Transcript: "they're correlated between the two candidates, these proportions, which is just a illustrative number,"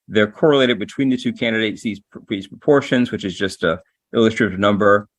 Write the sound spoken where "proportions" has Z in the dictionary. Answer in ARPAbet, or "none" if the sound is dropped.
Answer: Z